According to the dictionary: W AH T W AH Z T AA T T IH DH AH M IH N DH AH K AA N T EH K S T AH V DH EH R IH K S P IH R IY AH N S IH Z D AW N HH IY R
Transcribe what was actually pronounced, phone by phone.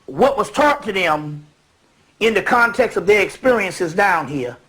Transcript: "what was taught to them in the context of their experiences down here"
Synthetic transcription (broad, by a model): W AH T W AH Z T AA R T IH DH AH M IH N DH AH K AA N T EH K S T AH V DH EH R IH K S P IH R IY AH N S IH Z D AW N HH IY R